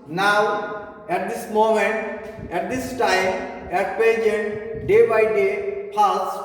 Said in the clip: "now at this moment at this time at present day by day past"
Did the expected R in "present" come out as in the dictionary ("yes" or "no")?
no